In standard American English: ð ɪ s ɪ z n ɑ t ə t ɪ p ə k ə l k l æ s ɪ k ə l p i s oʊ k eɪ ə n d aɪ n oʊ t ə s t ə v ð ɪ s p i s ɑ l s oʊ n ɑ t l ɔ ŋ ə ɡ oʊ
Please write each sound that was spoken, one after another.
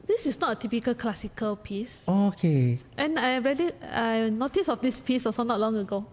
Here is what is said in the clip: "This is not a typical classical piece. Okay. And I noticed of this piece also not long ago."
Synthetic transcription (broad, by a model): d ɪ s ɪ s n ɑ t ə t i p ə k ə l k l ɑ s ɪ k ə l p i s oʊ k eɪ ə n aɪ n oʊ t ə s ə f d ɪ s p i s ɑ s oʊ n ɑ t l ɔ ŋ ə ɡ oʊ